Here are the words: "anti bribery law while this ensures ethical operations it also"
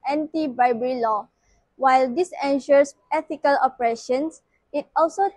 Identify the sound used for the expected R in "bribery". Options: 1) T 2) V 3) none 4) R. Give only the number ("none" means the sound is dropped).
3